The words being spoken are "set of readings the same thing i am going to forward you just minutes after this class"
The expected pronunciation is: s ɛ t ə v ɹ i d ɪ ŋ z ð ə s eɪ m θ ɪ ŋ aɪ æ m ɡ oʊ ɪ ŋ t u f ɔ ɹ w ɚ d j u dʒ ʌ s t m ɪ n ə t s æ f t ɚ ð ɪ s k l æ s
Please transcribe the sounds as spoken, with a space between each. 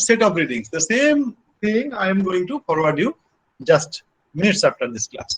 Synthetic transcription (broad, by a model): s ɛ t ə p ɹ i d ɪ ŋ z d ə s eɪ m t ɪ ŋ aɪ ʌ m ɡ oʊ ɪ ŋ t u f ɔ ɹ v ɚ d j u dʒ ʌ s t m ɪ n ə t s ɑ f t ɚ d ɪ s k l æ s